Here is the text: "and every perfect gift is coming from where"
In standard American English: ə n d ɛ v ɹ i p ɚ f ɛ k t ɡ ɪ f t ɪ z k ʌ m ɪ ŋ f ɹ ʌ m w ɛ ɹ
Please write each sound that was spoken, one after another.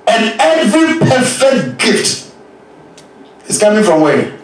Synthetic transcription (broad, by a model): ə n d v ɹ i p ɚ f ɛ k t ɡ ɪ f t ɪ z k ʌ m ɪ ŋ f ɹ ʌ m w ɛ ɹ